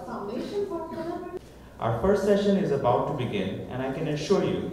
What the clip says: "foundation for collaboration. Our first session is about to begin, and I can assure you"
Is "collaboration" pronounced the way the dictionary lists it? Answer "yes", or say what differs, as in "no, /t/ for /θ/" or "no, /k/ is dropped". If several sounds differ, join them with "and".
no, /b/ is dropped